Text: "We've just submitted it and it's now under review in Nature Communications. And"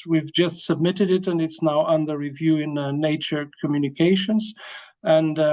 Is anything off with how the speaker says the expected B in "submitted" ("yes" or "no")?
no